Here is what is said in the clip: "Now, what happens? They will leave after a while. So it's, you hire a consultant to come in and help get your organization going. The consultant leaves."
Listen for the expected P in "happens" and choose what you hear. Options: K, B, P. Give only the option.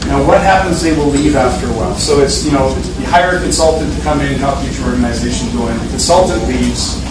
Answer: P